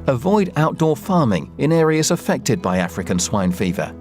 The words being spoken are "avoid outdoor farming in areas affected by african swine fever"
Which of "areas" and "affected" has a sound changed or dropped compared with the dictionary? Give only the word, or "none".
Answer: none